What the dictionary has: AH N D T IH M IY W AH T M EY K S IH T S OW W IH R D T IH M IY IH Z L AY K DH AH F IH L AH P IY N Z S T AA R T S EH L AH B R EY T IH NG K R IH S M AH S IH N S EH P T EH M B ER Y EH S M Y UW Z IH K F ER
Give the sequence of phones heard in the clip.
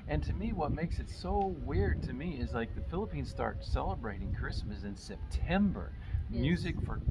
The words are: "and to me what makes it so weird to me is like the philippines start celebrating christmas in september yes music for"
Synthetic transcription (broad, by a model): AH N T IH M IY W AH T M EY K S IH T S OW W IH R D T IH M IY IH Z L AY K DH AH F IH L AH P IY N Z S T AA R T S EH L AH B R EY T IH NG K R IH S M AH S IH N S EH P T EH M B ER M Y UW Z IH K F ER